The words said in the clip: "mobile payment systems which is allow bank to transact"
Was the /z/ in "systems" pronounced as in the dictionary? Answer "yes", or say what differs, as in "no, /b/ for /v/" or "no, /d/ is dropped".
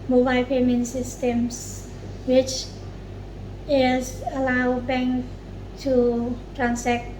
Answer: no, /s/ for /z/